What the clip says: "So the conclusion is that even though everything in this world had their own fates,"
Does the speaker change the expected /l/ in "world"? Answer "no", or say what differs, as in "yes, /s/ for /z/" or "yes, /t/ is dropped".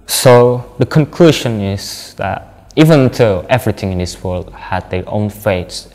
no